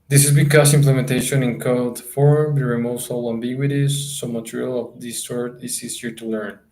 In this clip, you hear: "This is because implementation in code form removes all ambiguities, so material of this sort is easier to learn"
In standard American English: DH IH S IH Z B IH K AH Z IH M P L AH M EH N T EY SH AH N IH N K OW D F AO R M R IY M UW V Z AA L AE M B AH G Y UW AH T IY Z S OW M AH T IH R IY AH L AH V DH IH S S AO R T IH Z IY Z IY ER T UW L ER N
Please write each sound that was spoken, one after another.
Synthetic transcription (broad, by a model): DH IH S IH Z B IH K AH S IH M P L AH M EH N T EY SH AH N IH N K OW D F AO R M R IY M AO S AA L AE M B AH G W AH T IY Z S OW M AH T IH R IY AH L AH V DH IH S S AO R T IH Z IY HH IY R T UW L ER N